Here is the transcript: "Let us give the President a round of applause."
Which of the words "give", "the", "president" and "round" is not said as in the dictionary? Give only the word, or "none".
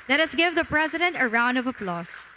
none